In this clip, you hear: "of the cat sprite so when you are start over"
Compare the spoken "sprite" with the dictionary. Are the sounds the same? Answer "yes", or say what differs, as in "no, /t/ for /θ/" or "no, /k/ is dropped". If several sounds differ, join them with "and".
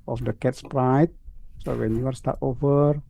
yes